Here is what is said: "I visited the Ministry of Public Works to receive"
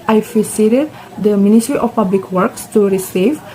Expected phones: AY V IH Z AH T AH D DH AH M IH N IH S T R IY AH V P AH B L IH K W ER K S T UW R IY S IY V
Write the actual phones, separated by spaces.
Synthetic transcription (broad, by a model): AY P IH S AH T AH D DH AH M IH N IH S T R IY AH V P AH B L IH K W ER K S T UW R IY S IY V